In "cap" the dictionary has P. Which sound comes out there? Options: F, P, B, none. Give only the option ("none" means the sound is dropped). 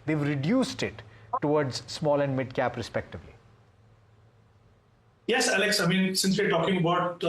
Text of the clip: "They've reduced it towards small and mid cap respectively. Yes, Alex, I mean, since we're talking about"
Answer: P